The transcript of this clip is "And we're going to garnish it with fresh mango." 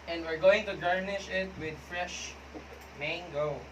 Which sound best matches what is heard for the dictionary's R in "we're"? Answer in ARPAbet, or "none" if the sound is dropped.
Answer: R